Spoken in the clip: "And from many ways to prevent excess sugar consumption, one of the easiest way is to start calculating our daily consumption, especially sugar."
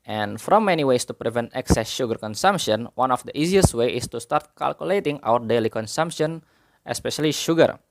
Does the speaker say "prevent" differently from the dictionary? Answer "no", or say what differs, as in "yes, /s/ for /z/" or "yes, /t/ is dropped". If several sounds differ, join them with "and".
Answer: no